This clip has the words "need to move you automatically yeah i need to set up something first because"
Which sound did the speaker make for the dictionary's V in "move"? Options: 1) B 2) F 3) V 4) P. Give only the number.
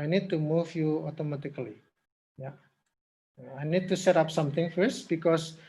2